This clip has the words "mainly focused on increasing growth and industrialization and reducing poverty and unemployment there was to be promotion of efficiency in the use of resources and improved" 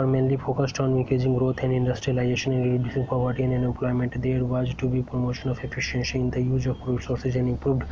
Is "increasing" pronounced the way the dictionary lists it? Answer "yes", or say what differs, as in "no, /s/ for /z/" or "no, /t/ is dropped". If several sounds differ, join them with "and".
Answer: no, /n/ is dropped and /ɹ/ is dropped